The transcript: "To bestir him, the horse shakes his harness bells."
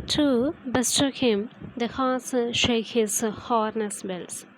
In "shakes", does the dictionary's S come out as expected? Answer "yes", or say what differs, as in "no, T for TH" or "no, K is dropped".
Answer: no, S is dropped